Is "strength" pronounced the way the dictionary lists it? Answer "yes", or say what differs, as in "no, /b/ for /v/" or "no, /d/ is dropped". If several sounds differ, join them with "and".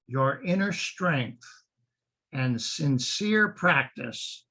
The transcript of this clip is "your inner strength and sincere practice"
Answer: yes